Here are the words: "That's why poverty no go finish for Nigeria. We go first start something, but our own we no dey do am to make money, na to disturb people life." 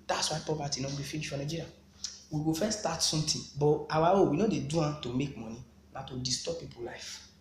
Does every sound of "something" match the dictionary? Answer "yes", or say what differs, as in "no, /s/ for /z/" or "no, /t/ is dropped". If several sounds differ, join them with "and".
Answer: no, /t/ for /θ/